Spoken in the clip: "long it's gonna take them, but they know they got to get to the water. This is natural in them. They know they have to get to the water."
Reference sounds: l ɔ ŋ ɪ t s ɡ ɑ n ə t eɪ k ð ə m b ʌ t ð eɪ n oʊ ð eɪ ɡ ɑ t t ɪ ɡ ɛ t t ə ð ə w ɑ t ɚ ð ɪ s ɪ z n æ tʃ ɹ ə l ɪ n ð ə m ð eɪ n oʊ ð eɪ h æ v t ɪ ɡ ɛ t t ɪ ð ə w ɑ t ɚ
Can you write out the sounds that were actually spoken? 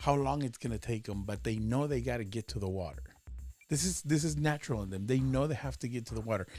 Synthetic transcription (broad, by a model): l ɔ ŋ ɪ t s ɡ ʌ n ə t eɪ k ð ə m b ʌ t ð eɪ n oʊ ð eɪ ɡ ɑ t t ɪ ɡ ɛ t t ə ð ə w ɑ t ɚ ð ɪ s ɪ z n æ tʃ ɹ l ɪ n ð ə m ð eɪ n oʊ ð eɪ h æ f t ɪ ɡ ɛ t t ɪ ð ə w ɑ t ɚ